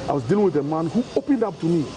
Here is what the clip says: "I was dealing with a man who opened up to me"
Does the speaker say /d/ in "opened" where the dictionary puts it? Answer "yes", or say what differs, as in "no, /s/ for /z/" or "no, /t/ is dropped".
yes